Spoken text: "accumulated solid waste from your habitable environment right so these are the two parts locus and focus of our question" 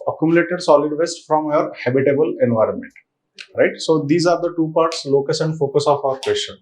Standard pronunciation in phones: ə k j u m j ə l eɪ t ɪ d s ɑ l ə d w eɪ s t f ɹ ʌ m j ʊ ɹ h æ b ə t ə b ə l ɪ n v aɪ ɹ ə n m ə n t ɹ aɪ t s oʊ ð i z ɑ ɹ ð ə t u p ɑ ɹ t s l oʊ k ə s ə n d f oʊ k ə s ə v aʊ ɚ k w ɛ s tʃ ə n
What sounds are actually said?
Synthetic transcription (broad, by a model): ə k j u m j l eɪ t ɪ d s ɑ l ə d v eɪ s t f ɹ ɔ m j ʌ ɹ h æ b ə t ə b ə l ɪ n v aɪ ɹ ə n m ə n t ɹ aɪ t s oʊ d i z ɑ ɹ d ə t u p ɑ ɹ t s l oʊ k ə s ə n d f oʊ k ə s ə f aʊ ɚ k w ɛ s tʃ ə n